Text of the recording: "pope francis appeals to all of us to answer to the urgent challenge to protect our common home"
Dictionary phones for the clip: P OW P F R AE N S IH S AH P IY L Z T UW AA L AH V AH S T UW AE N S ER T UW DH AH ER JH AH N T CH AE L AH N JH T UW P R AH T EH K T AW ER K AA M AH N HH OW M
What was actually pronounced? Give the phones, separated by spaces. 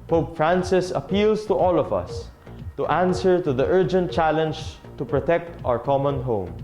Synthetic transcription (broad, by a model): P OW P F R AE N S IH S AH P IY L S T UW AA L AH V AH S T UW AE N S ER T UW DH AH ER JH AH N T CH AE L AH N JH T UW P R AH T EH K T AW ER K AA M AH N HH OW M